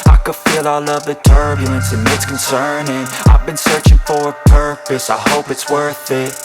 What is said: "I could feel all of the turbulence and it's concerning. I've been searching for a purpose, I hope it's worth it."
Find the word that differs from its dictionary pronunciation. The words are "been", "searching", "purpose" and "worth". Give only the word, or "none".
none